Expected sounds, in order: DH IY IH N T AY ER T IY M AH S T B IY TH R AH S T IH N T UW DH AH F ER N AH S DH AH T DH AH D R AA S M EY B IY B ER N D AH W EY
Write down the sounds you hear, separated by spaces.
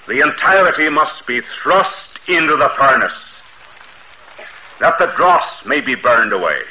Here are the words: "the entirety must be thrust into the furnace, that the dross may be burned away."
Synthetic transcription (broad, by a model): DH IY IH N T AY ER T IY M AH S T B IY TH R AH S T IH N T UW DH AH F ER N AH S DH AH T DH AH D R AA S M EY B IY B ER N D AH W EY